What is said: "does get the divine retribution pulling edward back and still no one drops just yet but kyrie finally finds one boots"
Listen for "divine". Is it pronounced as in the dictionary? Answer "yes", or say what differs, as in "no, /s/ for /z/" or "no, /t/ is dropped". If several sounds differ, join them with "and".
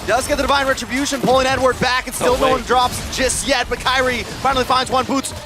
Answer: yes